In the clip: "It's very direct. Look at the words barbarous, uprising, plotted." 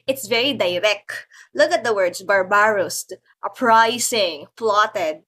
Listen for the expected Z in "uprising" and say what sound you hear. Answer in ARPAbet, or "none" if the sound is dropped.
S